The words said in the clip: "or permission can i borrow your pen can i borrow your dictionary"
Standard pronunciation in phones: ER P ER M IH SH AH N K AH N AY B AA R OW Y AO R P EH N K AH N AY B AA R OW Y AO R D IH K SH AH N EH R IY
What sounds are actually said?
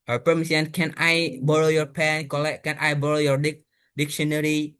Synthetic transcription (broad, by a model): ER P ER M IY S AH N K AH N AY B AA R OW Y AO R P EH N K AH N AY B AA R OW Y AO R D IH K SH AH N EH R IY